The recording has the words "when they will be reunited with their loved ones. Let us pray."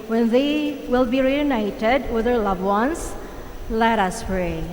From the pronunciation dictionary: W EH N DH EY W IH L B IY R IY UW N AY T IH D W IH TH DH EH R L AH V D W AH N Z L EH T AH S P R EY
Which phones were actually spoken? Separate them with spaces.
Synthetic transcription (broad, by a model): W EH N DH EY W IH L B IY R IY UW N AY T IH D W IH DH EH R L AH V W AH N S L EH T AH S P R EY